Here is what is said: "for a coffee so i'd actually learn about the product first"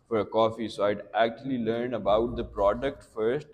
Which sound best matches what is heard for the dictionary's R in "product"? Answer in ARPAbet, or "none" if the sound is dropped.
R